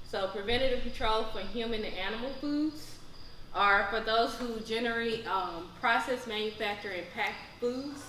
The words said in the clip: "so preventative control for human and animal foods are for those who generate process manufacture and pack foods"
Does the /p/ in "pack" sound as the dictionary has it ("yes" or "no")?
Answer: yes